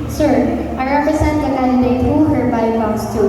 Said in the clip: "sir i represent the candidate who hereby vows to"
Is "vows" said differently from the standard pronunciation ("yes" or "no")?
yes